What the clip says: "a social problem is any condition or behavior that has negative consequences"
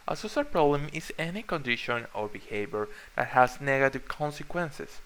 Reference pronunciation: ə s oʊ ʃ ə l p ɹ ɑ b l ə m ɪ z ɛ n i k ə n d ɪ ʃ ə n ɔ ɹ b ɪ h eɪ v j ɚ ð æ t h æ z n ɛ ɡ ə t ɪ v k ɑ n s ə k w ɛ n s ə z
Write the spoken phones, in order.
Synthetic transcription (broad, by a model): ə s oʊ s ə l p ɹ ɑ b l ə m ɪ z ɛ n i k ə n d ɪ ʃ ə n ɔ ɹ b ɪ h eɪ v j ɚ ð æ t h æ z n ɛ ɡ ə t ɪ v k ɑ n s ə k w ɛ n s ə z